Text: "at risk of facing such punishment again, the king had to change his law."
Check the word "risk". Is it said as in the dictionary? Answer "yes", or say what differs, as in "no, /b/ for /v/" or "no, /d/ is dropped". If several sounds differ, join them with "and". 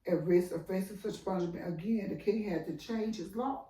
no, /k/ is dropped